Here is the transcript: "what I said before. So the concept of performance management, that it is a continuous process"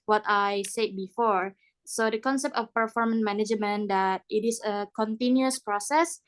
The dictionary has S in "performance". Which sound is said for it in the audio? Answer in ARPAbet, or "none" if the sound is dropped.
none